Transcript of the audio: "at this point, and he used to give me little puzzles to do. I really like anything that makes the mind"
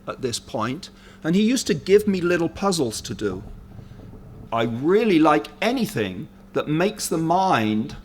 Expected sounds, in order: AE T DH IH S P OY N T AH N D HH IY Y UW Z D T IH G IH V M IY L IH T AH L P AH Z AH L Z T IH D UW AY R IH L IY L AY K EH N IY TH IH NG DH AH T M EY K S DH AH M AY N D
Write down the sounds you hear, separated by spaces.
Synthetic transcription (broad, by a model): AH T DH IH S P OY N T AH N IY Y UW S T IH G IH V M IY L IH T L P AH Z L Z T IH D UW AY R IH L IY L AY K EH N IY TH IH NG DH AH T M EY K S DH AH M AY N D